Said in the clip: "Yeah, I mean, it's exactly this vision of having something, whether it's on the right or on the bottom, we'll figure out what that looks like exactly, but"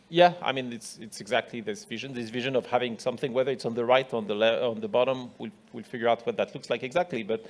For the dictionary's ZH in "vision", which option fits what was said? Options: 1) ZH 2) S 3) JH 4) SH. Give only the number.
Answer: 1